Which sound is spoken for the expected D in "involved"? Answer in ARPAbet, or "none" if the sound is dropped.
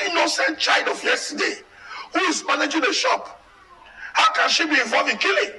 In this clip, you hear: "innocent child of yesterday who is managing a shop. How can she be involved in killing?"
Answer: none